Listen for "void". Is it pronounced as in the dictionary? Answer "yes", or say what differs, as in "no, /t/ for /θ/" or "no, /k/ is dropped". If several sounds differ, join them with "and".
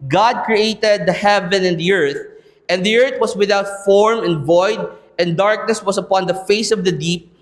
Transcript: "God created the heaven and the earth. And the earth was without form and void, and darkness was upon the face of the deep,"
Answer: yes